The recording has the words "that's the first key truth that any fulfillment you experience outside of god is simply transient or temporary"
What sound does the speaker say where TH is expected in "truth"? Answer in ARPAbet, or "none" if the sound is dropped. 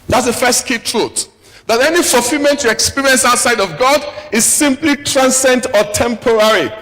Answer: T